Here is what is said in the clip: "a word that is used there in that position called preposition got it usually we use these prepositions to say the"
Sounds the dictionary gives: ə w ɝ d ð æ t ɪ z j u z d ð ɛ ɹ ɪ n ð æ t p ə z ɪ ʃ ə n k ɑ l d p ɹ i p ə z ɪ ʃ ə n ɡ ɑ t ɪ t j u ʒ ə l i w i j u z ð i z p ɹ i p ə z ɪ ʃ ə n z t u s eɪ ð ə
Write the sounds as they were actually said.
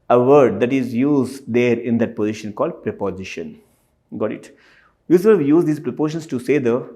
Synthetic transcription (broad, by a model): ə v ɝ d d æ t ɪ z j u z d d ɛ ɹ ɪ n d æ t p ə z ɪ ʃ ə n k ɑ l d p ɹ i p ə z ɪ ʃ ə n ɡ ɑ t ɪ t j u s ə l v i j u z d i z p ɹ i p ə ʃ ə n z t u s eɪ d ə